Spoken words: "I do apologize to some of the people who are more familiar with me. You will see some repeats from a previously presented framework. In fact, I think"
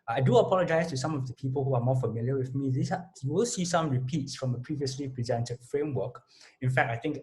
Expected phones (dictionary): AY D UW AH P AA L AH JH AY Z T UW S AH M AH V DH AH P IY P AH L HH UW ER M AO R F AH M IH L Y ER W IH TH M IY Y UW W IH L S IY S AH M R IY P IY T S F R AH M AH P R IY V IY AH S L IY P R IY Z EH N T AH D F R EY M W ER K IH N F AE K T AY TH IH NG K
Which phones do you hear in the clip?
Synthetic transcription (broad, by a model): AY D UW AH P AA L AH JH AY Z T UW S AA M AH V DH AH P IY P AH L HH UW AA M AO F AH M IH L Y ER W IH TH M IY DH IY W IH L S IY S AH M R IY P IY T S F R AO M AH P R IY V IY AH S L IY P R IY Z EH N T AH D F R EY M W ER K IH N F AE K T AY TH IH NG K